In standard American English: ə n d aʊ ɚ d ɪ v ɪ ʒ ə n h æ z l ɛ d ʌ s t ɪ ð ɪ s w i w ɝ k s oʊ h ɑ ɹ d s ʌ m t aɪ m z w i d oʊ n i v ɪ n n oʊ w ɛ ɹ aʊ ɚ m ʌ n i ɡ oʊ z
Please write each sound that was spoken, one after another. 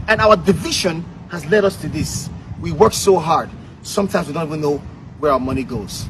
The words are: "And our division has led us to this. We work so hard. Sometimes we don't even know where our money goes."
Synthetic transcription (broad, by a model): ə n aʊ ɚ d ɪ v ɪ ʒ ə n h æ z l ɛ d ʌ s t ɪ ð ɪ s w i w ɝ k s oʊ h ɑ ɹ d s ʌ m t aɪ m z w i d oʊ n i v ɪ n n oʊ w ɛ ɹ aʊ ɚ m ʌ n i ɡ oʊ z